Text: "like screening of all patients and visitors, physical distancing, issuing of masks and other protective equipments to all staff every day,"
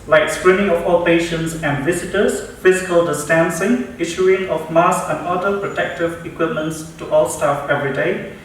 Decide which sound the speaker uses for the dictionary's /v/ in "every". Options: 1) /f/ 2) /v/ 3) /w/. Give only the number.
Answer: 2